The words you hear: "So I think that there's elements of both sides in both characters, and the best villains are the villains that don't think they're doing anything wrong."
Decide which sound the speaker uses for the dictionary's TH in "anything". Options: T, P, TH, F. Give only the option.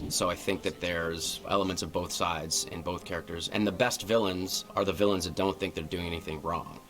TH